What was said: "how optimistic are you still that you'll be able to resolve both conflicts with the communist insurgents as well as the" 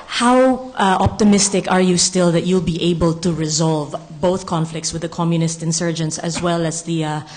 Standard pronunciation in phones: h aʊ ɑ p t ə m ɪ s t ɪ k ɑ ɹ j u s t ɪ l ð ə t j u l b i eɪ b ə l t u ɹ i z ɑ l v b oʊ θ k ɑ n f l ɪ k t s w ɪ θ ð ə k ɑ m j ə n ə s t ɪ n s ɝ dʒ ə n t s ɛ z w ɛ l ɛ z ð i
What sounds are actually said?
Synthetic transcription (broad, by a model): h aʊ ɑ p t ə m ɪ s t ɪ k ɑ ɹ j u s t ɪ l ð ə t j u l b i eɪ b ə l t u ɹ i z ɑ l v b oʊ θ k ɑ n f l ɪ k t s w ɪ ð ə k ɑ m j ə n ə s t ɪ n s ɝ dʒ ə n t s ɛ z w ɛ l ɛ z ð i